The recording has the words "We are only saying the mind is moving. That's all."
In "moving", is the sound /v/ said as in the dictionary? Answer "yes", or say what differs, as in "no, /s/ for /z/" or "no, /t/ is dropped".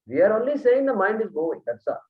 no, /v/ is dropped